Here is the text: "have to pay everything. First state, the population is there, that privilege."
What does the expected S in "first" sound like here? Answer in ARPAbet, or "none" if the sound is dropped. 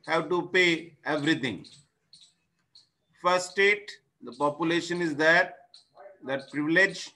none